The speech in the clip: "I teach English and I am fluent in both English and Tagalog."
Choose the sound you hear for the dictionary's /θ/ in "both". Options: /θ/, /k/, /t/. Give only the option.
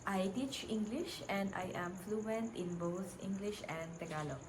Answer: /t/